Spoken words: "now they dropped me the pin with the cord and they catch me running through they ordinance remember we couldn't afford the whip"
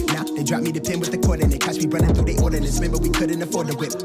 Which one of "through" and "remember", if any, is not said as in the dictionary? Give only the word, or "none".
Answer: through